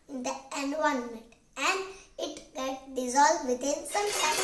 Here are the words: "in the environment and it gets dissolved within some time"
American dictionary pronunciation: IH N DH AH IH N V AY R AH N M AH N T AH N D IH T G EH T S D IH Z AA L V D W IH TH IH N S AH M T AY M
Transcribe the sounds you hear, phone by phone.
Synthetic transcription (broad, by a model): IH N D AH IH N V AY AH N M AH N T AH N D IH T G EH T D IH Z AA L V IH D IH N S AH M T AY